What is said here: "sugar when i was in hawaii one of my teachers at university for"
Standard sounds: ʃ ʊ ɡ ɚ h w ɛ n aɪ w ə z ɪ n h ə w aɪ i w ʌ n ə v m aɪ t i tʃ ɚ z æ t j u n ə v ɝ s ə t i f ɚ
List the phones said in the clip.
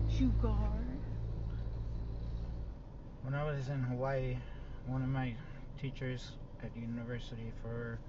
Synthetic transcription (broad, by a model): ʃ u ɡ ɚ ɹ w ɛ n aɪ w ə z ɪ n h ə w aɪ w ʌ n ə v m aɪ t i tʃ ɚ z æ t j u n ə v ɝ s ə t i f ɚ